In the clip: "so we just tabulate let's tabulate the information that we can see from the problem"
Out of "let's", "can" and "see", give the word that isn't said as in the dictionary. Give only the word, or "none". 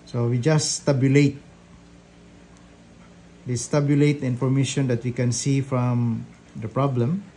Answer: let's